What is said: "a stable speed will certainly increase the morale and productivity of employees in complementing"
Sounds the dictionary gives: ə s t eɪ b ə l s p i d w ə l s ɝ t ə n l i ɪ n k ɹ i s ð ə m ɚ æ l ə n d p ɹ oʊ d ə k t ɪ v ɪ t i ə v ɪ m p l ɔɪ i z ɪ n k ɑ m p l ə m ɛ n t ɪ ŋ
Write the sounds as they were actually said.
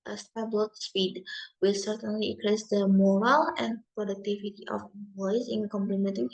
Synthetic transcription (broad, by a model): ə s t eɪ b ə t s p i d w ə l s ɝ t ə n l i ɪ k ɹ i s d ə m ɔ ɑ l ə n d p ɹ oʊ d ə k t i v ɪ t i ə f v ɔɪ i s ɪ n k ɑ m p l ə m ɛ n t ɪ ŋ